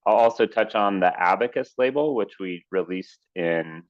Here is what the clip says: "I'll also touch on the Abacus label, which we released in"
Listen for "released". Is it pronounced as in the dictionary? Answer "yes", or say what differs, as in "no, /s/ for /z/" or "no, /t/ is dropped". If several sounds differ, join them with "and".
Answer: yes